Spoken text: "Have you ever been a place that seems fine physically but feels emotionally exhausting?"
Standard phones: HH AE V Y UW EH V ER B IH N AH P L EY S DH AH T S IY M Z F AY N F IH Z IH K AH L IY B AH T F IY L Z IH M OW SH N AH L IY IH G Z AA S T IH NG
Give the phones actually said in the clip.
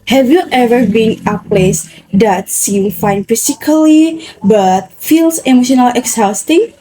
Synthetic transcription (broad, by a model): HH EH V Y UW EH V ER B IH N AH P L EY S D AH T S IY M F AY N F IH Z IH K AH L IY B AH T F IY L S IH M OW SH N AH L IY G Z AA S T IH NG